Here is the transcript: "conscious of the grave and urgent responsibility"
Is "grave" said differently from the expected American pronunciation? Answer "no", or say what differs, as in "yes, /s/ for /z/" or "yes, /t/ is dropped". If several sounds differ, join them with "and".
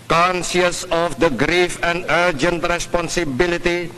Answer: yes, /f/ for /v/